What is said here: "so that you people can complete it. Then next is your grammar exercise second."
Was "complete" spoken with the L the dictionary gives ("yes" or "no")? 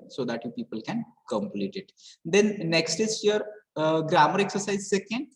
yes